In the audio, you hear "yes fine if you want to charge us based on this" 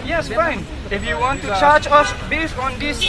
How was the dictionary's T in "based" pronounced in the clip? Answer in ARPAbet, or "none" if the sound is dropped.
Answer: none